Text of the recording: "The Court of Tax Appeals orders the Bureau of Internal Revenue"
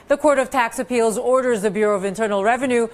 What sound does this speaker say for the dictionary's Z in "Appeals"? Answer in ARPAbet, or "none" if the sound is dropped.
Z